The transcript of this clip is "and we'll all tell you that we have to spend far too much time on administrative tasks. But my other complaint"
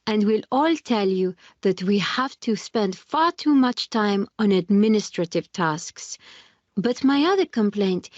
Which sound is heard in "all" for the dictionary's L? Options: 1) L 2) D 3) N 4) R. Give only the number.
1